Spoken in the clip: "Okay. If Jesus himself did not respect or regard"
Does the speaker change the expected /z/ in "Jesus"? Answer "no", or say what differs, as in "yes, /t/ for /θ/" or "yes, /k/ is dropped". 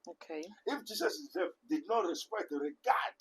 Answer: yes, /s/ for /z/